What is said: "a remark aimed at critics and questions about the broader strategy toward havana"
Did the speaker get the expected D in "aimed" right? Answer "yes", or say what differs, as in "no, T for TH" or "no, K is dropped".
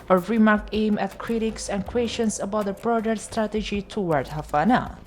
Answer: no, D is dropped